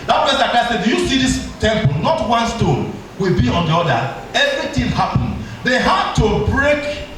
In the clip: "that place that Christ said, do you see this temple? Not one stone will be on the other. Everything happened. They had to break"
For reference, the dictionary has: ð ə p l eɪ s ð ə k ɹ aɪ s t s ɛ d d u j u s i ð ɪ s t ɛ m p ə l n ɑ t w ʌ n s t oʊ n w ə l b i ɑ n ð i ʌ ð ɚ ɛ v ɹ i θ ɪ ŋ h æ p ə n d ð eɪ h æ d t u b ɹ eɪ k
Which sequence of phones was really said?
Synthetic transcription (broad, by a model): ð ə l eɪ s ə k aɪ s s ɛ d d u j u s i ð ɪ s t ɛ m p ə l n ɑ t w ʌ n s t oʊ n w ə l b i ɑ n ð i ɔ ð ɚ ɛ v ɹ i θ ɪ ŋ h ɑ p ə n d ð eɪ h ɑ d t u b ɹ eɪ k